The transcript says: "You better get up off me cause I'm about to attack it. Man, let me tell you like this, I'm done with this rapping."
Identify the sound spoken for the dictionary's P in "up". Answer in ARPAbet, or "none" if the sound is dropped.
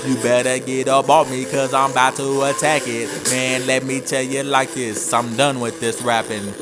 B